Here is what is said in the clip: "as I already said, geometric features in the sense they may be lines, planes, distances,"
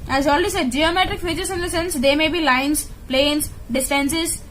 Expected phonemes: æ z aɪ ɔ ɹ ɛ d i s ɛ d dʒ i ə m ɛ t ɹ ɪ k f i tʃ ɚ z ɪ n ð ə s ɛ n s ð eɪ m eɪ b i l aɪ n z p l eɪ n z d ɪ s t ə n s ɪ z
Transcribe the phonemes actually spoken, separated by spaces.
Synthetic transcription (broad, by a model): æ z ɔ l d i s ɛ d dʒ i ə m ɛ t ɹ ɪ k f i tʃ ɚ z ɪ n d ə s ɛ n s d eɪ m eɪ b i l aɪ n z p l eɪ n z d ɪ s t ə n s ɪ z